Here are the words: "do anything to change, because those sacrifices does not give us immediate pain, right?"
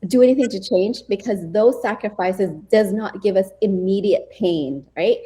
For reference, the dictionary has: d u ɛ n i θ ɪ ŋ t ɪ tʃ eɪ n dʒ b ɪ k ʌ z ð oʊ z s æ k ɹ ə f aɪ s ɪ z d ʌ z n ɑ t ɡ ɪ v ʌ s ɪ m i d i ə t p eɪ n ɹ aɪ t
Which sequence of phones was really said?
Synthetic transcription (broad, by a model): d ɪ ɛ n i θ ɪ ŋ t ɪ tʃ eɪ n dʒ b ɪ k ʌ z ð oʊ z s æ k ɹ ə f aɪ s ɪ z d ʌ z n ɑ t ɡ ɪ v ʌ s ɪ m i d i ə t p eɪ n ɹ aɪ t